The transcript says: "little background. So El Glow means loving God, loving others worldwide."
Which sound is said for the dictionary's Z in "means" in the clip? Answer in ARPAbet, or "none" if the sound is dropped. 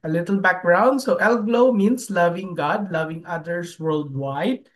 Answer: S